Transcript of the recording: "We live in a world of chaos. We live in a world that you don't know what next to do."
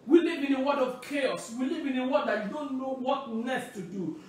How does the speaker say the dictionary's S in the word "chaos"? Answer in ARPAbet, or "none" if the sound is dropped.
S